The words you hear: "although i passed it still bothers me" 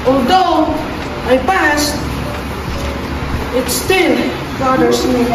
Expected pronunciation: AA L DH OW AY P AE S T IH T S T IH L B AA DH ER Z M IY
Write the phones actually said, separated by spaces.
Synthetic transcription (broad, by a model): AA L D OW AY P AE S T IH T S T IH L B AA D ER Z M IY